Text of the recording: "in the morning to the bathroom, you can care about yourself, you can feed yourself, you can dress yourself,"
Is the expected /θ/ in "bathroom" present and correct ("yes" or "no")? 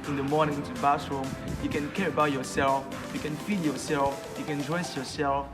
no